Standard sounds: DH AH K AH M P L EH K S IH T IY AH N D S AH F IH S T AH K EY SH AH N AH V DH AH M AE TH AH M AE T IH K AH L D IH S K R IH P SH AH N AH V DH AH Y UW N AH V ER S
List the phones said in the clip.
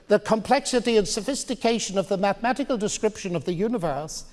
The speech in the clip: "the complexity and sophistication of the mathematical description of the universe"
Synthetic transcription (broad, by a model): DH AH K AH M P L EH K S IH T IY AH N S AH F IH S T AH K EY SH AH N AH V DH AH M AE TH AH M AE T IH K AH L D IH S K R IH P SH AH N AH V DH AH Y UW N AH V ER S